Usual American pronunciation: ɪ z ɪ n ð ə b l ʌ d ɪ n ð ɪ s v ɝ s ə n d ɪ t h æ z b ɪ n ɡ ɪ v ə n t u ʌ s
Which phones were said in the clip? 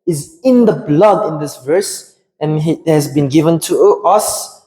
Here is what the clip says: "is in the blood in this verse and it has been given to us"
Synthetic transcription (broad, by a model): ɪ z ɪ n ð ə b l ʌ d ɪ n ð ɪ s v ɝ s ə n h ɪ t h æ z b ɪ n ɡ ɪ v ə n t u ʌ s